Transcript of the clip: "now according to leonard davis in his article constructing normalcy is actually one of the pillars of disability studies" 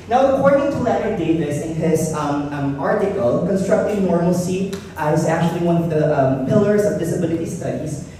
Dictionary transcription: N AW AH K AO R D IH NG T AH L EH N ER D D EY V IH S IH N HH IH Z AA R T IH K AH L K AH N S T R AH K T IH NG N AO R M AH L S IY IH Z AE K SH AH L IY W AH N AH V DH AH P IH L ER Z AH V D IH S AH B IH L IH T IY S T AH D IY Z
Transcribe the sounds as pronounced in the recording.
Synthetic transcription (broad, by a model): N AW AH K AO R D IH NG T AH L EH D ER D D EY V IH S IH N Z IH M AA R T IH K L K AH N S T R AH K T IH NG N AO R M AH L S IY IH Z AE K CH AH L IY W AH N AH V DH AH P IH L ER Z AH V D IH S AH B IH L IH T IY S T AH D IY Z